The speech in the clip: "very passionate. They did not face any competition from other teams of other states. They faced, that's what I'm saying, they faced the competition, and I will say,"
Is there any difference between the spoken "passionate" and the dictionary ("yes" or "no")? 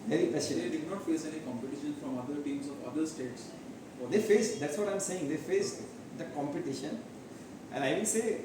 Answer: yes